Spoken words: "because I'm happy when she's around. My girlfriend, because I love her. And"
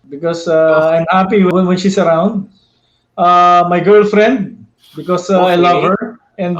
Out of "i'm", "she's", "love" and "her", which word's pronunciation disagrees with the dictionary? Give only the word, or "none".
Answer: she's